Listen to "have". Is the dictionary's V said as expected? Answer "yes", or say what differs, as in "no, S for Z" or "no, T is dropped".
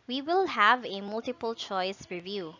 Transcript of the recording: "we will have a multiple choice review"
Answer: yes